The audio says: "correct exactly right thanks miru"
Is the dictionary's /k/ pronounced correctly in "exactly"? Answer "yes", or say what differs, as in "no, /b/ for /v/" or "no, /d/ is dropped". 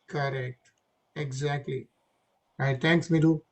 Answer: yes